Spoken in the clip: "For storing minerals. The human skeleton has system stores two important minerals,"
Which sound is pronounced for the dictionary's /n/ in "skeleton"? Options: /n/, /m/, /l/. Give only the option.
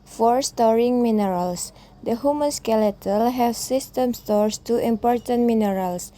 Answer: /l/